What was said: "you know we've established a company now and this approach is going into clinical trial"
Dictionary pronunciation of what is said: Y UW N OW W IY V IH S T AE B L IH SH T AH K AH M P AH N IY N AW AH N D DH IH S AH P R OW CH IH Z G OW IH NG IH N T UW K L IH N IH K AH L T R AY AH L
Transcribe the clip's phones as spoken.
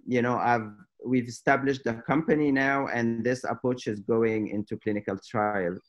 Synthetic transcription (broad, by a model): Y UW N OW W IY V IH S T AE B L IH SH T AH K AH M P AH N IY N AW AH N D DH IH S AH P R OW CH IH Z G OW IH NG IH N T UW K L IH N IH K AH L T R AY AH L